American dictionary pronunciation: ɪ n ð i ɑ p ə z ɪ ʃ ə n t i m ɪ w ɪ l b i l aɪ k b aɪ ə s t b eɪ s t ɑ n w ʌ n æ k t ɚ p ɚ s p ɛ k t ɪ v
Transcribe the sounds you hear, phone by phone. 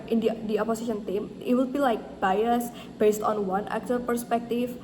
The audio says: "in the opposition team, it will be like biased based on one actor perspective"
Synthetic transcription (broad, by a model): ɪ n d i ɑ p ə s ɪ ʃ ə n t i m ɪ w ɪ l b i l aɪ k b aɪ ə s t b eɪ s t ɑ n w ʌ n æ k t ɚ p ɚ s p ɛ k t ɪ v